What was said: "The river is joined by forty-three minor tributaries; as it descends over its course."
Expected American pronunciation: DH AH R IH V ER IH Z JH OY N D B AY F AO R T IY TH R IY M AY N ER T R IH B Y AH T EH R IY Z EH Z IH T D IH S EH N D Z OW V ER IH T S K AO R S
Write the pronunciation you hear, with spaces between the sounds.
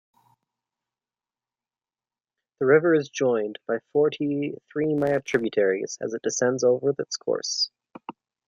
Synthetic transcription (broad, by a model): DH AH R IH V ER IH Z JH OY N B AY F AO R T IY TH R IY M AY ER T R IH B Y AH T EH R IY Z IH Z IH T D IH S EH N D Z OW V ER IH T S K AO R S